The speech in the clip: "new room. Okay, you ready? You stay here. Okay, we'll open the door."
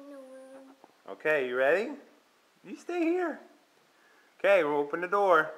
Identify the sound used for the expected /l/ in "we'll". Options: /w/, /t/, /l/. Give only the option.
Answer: /w/